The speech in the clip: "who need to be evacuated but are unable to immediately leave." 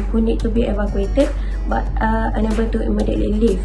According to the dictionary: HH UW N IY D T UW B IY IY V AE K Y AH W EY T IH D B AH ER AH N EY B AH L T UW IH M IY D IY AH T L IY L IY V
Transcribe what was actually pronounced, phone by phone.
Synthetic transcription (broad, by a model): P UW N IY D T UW B IY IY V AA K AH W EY T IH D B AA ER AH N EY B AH N T UW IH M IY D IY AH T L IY L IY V